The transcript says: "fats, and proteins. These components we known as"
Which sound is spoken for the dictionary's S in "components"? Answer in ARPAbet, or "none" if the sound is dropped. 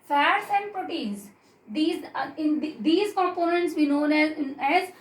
S